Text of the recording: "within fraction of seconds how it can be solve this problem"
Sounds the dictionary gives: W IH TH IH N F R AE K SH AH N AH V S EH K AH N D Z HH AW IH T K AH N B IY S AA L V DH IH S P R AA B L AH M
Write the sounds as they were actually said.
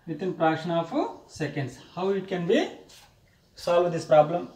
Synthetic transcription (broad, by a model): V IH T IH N P R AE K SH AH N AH F S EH K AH N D S HH AW IH T K AH N B IY S AA L V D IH S P R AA B L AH M